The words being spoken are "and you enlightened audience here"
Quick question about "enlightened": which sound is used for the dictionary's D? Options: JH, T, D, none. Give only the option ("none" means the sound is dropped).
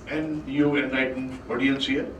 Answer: none